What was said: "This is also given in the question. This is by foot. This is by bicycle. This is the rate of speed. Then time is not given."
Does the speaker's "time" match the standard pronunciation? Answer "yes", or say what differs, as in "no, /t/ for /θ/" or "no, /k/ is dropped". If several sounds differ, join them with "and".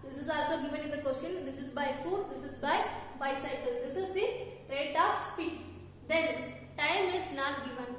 yes